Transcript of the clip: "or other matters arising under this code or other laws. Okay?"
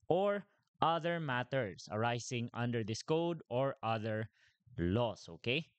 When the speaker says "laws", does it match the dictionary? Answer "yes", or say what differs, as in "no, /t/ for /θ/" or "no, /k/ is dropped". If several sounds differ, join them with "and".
no, /s/ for /z/